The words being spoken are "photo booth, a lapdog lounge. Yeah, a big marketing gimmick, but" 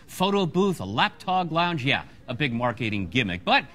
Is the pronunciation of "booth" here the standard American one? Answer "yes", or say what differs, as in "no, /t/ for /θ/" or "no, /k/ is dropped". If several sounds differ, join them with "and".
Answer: yes